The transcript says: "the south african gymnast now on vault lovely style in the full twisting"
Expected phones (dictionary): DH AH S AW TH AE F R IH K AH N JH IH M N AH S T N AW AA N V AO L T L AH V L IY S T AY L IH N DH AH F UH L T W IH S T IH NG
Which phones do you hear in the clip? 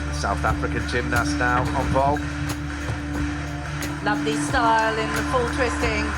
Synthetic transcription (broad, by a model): S AW TH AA F R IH K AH N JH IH M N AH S N AW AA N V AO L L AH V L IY S T AY L IH N DH AH F UH L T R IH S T IH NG